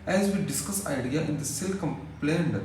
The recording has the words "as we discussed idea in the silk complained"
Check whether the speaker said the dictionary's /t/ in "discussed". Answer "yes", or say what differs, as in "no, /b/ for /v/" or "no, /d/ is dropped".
no, /t/ is dropped